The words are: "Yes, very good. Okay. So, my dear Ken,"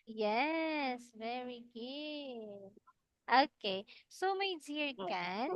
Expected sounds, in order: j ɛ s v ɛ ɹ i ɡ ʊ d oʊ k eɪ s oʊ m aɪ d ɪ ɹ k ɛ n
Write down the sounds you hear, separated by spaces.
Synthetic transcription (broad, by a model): j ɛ s v ɛ ɹ i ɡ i oʊ k eɪ s oʊ m aɪ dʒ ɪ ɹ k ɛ n